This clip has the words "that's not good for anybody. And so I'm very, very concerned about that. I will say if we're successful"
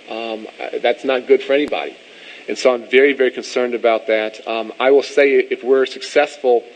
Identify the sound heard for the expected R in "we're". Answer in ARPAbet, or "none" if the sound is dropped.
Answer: R